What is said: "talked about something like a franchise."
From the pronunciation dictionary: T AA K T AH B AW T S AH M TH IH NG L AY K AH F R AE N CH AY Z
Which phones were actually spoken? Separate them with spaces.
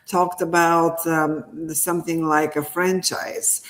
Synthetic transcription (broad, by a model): T AA K T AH B AW T S AH M TH IH NG L AY K AH F R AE N CH AY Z